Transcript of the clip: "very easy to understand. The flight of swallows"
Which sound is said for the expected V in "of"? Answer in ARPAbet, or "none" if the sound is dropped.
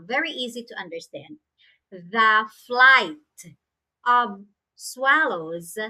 V